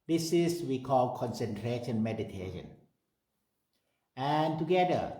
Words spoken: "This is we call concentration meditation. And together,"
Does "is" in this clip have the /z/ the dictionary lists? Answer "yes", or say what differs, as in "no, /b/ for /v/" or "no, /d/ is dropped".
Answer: no, /s/ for /z/